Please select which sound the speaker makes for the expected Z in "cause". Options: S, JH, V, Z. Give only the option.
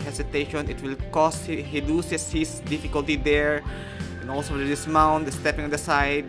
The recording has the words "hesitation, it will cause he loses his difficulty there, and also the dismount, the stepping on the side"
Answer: S